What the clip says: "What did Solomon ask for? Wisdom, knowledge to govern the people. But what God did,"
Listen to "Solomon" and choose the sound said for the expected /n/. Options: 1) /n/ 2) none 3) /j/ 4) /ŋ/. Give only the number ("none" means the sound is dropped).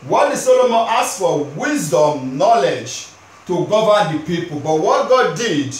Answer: 1